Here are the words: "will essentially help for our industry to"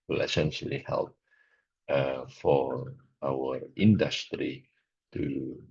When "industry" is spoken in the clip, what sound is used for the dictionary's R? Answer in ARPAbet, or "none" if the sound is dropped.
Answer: R